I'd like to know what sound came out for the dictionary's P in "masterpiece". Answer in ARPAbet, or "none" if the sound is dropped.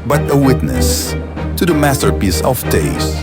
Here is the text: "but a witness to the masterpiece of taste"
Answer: P